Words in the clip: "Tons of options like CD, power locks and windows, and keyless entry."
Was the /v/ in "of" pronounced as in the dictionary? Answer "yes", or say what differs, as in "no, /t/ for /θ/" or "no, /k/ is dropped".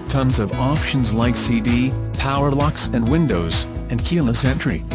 yes